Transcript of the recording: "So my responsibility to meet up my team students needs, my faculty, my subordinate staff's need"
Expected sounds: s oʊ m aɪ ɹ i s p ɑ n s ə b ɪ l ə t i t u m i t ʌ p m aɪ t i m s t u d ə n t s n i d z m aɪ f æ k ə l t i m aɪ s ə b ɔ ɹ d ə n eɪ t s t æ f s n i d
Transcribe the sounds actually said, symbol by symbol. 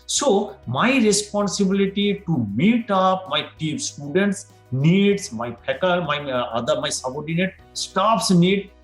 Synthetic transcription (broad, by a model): s oʊ m aɪ ɹ i s p ɑ n s ə b ɪ l ə t i t u m i t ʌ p m aɪ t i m s t u d ə n t s n i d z m aɪ p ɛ k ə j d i m aɪ s ə b ɔ ɹ d ə n eɪ t s t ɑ p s n i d